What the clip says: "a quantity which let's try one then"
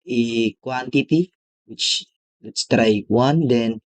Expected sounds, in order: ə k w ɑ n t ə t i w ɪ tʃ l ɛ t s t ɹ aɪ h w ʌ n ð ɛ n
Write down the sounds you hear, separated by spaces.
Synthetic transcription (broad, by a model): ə k w ɑ n t ə t i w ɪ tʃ w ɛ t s t ɹ aɪ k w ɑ n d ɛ n